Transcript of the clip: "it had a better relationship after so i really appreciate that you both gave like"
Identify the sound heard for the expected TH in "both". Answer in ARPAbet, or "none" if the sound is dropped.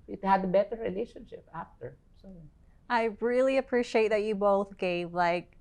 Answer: TH